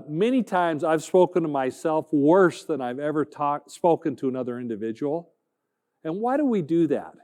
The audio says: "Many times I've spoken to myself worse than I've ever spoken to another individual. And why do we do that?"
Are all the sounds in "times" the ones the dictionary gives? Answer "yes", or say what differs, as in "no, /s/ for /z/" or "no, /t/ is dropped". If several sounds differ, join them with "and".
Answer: yes